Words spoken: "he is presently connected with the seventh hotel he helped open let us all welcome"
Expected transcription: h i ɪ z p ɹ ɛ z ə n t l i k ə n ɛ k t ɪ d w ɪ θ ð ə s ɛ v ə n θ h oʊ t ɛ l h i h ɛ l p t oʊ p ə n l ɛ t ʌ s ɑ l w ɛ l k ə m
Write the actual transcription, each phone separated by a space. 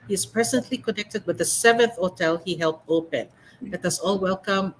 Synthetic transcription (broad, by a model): h i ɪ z p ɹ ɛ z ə n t l i k ə n ɛ k t ɪ d w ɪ ð ə s ɛ v ə n θ h oʊ t ɛ l h i h ɛ l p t oʊ p ə n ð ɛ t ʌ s ɑ l w ɛ l k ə m